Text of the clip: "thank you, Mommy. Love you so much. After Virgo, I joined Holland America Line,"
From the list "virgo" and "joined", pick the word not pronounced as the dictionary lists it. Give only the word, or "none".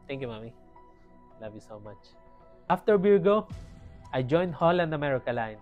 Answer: virgo